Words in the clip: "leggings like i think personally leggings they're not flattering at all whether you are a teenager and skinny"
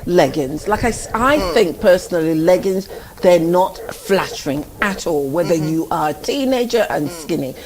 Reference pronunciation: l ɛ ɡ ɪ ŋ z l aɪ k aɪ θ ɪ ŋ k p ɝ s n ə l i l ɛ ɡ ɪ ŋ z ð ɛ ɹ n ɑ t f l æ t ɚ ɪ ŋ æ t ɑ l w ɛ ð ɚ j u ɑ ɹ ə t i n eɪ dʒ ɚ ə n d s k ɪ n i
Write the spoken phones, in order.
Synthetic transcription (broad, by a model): l ɛ ɡ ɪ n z l aɪ k aɪ θ ɪ ŋ k p ɝ s n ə l i l ɛ ɡ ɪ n z ð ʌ ɹ n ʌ t f l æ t ɚ ɪ ŋ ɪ t ɑ l w ɛ ð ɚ j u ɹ ə t i n eɪ dʒ ɚ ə n s k ɪ n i